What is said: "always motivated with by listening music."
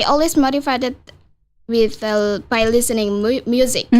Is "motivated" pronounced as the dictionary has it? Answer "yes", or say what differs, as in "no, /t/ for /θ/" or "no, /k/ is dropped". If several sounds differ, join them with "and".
no, /f/ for /v/